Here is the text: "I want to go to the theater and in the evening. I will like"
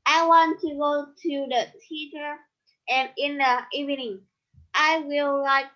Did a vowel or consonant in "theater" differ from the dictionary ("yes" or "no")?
yes